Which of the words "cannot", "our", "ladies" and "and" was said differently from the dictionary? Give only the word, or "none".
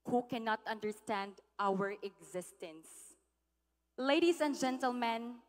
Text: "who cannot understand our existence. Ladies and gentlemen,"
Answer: ladies